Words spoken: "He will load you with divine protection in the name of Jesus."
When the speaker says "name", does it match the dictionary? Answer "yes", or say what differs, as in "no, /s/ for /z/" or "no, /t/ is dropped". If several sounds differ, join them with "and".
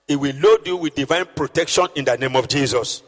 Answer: yes